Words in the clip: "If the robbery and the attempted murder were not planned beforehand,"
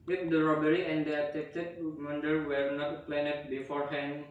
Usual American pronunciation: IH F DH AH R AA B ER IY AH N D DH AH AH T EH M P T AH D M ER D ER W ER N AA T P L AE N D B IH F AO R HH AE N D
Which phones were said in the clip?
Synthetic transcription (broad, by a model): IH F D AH R AA B ER IY AH N D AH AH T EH P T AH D M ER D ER W ER N AA T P L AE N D B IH F AO R HH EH N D